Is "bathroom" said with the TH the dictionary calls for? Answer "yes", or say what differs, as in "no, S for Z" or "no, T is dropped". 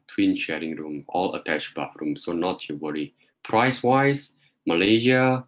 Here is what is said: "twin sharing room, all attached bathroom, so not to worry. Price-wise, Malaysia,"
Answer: no, F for TH